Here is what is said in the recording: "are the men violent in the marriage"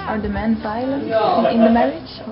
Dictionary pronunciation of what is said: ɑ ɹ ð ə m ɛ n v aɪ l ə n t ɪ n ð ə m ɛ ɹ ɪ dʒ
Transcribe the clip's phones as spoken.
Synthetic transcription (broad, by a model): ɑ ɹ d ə m ɛ n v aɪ l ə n ɪ n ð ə m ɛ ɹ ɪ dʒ